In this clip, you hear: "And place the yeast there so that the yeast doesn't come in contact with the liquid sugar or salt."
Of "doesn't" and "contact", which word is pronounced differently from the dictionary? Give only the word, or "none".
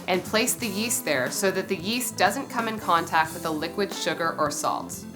none